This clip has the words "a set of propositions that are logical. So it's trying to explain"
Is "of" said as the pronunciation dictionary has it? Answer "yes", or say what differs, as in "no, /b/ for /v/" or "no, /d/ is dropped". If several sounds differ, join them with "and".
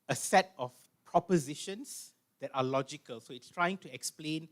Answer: no, /f/ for /v/